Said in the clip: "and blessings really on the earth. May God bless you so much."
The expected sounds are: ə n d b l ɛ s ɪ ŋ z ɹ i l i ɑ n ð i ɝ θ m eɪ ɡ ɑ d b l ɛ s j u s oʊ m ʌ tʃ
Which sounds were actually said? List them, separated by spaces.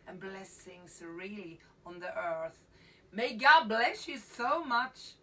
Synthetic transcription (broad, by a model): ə n b l ɛ s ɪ ŋ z ɹ i l i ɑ n ð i ɝ θ m eɪ ɡ ɑ d b l ɛ s j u s oʊ m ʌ tʃ